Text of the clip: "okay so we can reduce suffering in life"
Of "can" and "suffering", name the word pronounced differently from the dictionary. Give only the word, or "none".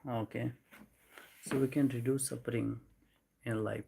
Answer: suffering